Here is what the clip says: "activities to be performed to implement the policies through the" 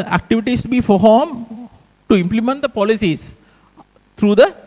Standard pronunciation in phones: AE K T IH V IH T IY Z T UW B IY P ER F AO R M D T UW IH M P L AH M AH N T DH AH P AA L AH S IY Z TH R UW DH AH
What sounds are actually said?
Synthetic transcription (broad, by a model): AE K T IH V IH T IY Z T UW B IY F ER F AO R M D T UW IH M P L AH M AH N T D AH P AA L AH S IY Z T R UW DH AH